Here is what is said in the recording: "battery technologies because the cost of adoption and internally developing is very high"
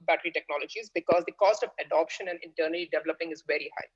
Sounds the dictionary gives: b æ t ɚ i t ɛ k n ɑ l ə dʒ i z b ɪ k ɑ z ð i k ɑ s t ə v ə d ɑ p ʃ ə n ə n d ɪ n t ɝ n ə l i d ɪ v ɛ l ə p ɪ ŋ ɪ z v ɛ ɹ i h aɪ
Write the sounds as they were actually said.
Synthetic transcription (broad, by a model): b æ t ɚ i t ɛ k n ɑ l ə dʒ i z b ɪ k ɑ z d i k ɑ s t ə v ə d ɑ p ʃ ə n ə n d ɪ n t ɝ n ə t i d ɪ v ɛ l ə p ɪ ŋ ɪ z v ɛ ɹ i h aɪ